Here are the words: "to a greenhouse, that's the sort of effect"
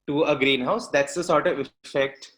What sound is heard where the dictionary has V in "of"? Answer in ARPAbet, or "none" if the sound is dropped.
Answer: V